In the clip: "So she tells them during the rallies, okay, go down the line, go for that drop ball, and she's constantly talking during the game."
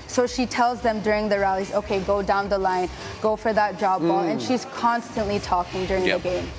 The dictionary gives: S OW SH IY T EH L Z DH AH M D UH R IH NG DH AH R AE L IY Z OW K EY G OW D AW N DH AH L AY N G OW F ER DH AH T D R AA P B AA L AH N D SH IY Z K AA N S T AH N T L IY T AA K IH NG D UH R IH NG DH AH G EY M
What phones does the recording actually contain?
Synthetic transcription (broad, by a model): S OW SH IY T EH L Z DH AH M D UH R IH NG DH AH R AE L IY Z OW K EY G OW D AW N DH AH L AY N G OW F ER DH AH T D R AA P B AA L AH N SH IY Z K AA N S T AH N T L IY T AA K IH NG D UH R IH NG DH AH G EY M